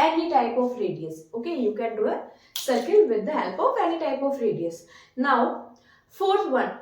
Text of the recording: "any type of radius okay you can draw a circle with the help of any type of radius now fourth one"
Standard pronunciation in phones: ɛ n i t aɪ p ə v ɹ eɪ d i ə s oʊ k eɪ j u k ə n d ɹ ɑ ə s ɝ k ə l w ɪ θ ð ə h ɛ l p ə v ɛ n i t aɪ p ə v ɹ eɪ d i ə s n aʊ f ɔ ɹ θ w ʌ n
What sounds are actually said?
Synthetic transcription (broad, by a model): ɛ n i t aɪ p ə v ɹ eɪ d i ə s oʊ k eɪ j u k ə n d u ə s ɝ k ə l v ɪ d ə h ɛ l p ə f ɛ n i t aɪ p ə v ɹ eɪ d i ə s n aʊ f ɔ ɹ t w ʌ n